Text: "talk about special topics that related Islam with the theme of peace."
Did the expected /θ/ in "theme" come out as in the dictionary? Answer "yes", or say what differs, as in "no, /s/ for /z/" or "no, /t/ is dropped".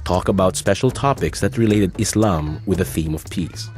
yes